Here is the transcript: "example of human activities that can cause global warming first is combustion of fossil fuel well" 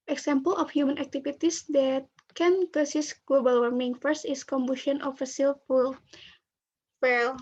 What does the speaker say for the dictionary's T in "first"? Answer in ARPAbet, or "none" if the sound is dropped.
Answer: T